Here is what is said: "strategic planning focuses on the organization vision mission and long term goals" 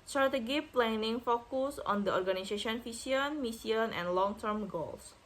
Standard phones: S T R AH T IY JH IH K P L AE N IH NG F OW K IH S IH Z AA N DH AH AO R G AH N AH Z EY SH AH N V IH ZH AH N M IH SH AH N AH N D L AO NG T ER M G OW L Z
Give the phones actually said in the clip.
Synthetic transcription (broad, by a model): S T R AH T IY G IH P L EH N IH NG F OW K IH S AA N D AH AO R G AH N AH S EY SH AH N F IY S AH N M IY S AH N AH N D L AO NG T ER M G OW L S